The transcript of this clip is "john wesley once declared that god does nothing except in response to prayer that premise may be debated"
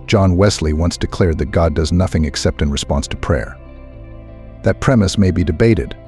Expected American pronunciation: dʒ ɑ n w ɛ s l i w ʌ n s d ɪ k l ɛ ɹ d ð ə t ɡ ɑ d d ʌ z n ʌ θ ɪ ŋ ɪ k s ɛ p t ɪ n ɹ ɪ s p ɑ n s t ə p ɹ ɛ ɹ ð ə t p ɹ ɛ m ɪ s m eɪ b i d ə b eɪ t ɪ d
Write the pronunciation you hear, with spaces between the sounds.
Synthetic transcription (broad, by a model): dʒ ɑ n w ɛ s l i w ʌ n s d ɪ k l ɛ ɹ d ð ə t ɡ ɑ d d ʌ z n ʌ θ ɪ ŋ ɪ k s ɛ p t ɪ n ɹ ɪ s p ɑ n s t ə p ɹ ɛ ɹ ð ə t p ɹ ɛ m ɪ s m eɪ b i d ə b eɪ t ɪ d